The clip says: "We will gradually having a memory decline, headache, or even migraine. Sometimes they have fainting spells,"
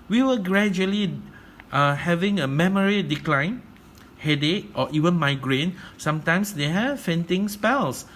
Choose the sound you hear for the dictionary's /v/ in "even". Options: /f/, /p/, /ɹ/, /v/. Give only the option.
/v/